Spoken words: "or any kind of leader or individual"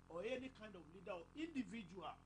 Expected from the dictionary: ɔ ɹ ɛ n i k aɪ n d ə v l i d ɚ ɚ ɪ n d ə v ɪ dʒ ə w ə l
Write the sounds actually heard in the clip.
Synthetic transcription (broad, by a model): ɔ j ɛ n i k aɪ n d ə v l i d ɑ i n d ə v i dʒ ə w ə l